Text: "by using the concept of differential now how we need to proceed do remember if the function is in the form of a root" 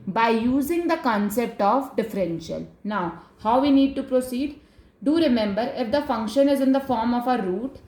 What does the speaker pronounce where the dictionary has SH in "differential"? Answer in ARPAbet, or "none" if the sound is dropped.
SH